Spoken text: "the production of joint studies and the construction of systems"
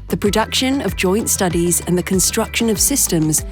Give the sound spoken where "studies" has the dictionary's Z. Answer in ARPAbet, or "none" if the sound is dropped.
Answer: Z